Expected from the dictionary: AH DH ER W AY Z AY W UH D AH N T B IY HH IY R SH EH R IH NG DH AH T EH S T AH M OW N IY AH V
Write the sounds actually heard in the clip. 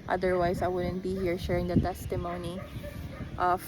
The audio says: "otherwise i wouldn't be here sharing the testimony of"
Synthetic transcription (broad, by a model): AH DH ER W AY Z AY W UH D AH N T B IY HH IY R SH EH R IH NG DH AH T EH S T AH M OW N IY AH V